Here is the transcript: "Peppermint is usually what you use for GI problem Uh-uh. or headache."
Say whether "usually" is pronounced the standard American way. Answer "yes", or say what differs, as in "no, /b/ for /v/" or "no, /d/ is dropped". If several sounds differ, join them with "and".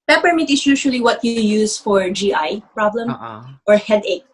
no, /ʃ/ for /ʒ/